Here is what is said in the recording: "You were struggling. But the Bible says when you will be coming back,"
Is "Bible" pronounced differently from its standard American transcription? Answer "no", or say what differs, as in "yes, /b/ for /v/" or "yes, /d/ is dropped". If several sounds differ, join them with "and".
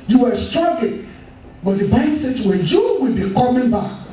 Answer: yes, /b/ is dropped and /n/ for /l/